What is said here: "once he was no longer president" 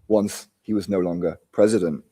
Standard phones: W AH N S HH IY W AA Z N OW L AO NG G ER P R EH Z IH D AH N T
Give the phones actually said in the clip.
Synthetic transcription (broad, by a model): W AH N S HH IY W AA Z N OW L AO NG G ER P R EH Z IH D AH N T